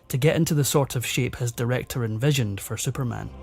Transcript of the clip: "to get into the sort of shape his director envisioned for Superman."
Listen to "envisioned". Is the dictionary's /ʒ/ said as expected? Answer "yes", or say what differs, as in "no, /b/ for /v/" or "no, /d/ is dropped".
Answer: yes